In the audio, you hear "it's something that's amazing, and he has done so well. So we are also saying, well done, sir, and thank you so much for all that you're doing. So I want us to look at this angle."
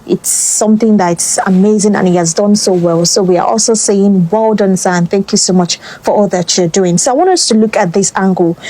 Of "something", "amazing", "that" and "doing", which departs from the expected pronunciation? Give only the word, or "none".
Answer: none